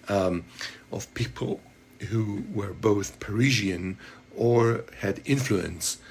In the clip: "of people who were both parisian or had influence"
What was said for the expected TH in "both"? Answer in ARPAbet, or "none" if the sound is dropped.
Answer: TH